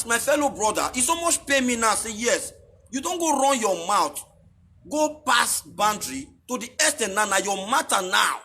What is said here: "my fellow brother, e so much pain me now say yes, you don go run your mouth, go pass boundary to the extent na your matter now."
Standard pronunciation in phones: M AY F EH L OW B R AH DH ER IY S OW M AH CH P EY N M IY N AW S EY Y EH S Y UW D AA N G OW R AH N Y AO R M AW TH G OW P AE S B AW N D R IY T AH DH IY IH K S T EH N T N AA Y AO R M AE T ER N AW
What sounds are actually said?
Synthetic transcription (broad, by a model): M AY F EH L OW B R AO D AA IY S OW M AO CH P EY M IY N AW S EY Y EH S Y UW D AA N G OW R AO N Y AO M AW T G OW P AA S B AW N D R IY T AH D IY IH S T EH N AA N AA Y AO M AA T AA N AW